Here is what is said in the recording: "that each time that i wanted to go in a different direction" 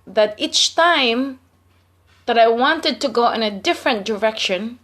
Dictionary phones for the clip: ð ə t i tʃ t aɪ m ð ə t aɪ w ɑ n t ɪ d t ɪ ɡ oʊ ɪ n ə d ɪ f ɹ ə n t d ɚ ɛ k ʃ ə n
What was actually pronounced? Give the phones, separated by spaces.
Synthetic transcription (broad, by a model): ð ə t i tʃ t aɪ m ð ə t aɪ w ɑ n t ɪ d t ɪ ɡ oʊ ɪ n ə d ɪ f ɹ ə n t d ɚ ɛ k ʃ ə n